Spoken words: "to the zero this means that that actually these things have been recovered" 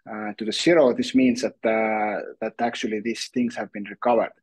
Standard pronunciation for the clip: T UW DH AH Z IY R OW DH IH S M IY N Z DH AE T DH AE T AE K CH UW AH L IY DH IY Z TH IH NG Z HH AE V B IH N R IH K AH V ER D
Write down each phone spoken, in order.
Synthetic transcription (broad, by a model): T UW DH AH S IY R OW DH IH S M IY N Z DH AE T DH AE T AE K CH UW AH L IY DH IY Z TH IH NG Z HH AE V B IH N R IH K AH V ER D